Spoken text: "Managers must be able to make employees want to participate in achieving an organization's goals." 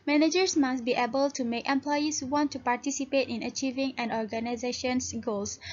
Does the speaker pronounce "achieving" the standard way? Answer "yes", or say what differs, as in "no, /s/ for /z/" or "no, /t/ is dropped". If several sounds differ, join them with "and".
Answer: yes